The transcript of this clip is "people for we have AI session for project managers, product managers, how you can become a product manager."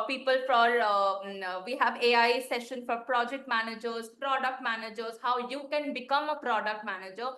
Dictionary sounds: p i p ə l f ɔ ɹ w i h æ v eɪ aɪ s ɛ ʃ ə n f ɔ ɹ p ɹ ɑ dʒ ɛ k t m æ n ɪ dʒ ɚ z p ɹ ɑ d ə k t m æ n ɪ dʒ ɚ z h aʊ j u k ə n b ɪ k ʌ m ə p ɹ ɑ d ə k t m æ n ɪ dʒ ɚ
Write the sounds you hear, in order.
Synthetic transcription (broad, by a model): p i p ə l f ɔ ɹ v i h æ v eɪ aɪ s ɛ ʃ ə n f ɔ ɹ p ɹ ɑ dʒ ɛ k t m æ n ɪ dʒ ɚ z p ɹ ɑ d ə k t m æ n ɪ dʒ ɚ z h aʊ j u k ə n b ɪ k ʌ m ə p ɹ ɑ d ə k t m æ n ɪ dʒ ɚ